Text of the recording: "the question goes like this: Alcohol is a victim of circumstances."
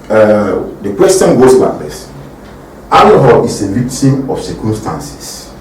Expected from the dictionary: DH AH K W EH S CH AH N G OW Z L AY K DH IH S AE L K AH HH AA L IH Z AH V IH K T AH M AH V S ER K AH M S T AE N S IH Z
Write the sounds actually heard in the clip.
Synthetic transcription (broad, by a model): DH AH K W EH S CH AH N G OW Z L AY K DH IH S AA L AH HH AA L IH S AH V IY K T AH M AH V S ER K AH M S T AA N S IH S